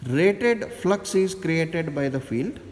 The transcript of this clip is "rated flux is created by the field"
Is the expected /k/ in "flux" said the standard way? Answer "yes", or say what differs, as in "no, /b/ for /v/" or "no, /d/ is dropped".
yes